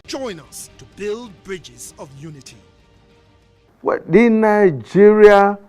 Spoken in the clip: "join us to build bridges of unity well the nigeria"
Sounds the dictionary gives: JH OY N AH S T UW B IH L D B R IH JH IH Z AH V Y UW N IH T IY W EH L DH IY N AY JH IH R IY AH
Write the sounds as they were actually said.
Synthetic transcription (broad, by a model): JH OY N AH S T UW B IH L D B R IH JH IH Z AH V Y UW N IH T IY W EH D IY N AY JH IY R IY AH